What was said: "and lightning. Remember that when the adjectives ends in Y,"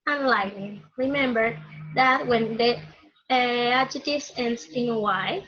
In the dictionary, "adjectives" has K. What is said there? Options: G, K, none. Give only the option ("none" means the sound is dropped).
none